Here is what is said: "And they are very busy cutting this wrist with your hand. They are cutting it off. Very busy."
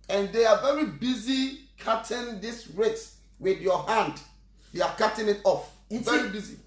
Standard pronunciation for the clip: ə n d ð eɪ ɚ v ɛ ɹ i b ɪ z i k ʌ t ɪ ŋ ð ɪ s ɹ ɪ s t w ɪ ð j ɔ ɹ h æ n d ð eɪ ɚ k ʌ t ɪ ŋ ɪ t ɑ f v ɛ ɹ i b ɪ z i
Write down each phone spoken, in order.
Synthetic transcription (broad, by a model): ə n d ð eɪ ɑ v ɛ ɹ i b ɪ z i k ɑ t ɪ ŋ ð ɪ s ɹ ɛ t w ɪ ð j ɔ h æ n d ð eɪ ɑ k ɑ t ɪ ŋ ɪ t ɑ f v ɛ ɹ i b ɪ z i